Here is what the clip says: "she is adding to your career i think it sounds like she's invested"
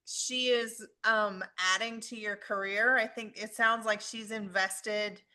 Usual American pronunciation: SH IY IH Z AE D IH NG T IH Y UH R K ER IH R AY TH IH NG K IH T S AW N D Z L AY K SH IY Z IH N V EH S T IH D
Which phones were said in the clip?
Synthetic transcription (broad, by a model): SH IY IH Z AE D IH NG T IH Y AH R K ER IH R AY TH IH NG K IH T S AW N D Z L AY K SH IY Z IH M V EH S T IH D